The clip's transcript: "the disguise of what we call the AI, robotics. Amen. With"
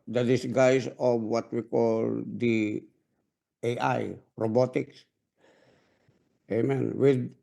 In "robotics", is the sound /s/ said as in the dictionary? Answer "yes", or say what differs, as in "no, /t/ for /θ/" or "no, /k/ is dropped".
yes